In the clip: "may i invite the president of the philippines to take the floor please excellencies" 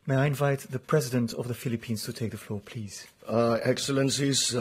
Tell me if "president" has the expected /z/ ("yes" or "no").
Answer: yes